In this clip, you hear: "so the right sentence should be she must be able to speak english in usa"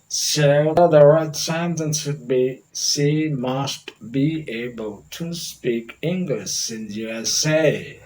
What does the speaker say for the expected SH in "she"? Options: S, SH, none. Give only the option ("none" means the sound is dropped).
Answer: S